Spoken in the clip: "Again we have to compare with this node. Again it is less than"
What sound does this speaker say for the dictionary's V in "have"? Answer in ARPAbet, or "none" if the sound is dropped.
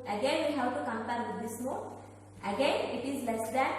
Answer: W